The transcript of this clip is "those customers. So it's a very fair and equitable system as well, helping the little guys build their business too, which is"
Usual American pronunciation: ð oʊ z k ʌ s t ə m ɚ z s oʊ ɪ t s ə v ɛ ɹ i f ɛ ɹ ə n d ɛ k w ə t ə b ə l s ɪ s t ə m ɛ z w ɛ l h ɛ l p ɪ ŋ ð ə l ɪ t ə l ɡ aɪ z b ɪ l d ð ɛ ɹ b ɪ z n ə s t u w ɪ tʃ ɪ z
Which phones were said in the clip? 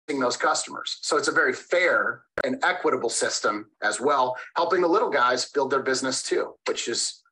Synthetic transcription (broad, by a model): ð oʊ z k ʌ s t ə m ɚ z s oʊ ɪ t s ə v ɛ ɹ i f ɛ ɹ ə n ɛ k w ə t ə b l s ɪ s t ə m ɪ z w ɛ l h ɛ l p ɪ ŋ ð ə l ɪ t l ɡ aɪ z b ɪ l d ð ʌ ɹ b ɪ z n ə s t u w ɪ tʃ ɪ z